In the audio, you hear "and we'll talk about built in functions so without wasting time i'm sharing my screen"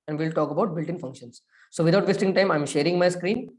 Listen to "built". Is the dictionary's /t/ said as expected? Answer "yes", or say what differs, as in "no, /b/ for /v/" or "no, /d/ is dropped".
yes